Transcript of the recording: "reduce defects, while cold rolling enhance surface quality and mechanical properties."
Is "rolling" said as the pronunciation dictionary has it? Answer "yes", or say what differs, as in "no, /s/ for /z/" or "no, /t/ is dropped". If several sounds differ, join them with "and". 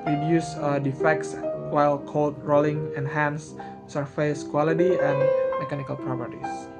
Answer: yes